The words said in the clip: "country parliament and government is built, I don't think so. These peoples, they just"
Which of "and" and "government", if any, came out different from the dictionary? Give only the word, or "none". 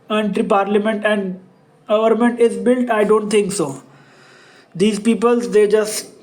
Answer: none